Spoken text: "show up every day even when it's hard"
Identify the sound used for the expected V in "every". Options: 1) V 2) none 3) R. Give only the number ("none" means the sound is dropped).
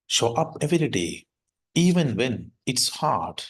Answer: 1